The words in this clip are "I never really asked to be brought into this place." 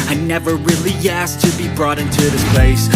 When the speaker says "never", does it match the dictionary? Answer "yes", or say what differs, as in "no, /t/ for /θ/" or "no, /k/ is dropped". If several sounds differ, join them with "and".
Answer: yes